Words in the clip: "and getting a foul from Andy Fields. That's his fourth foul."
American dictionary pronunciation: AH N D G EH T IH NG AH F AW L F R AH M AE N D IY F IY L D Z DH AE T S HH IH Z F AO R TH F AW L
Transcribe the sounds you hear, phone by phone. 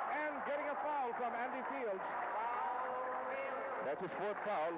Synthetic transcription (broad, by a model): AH N G EH T IH NG AH F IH L F R AH M AE N D IY F IY L D Z DH AE T S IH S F AO R T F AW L